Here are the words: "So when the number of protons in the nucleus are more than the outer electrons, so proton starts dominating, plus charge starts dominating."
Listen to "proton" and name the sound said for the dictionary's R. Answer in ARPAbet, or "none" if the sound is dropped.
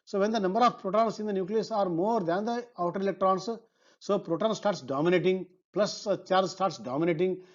R